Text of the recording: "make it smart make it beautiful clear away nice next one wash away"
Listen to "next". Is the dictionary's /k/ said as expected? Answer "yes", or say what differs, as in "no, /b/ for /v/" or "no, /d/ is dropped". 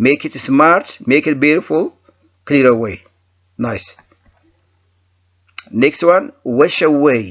yes